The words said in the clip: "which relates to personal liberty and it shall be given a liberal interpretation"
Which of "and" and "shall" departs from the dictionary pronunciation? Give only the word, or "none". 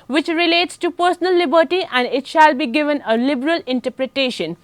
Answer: none